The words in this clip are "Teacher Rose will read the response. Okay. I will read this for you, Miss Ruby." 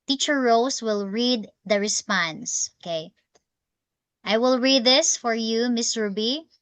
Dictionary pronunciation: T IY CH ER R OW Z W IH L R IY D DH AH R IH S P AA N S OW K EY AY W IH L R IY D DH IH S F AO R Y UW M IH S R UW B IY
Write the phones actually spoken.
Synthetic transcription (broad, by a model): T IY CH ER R OW S W IH L R IY D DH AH R IH S P AA N S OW K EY AY W IH L R IY D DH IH S F AO R Y UW M IH S R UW B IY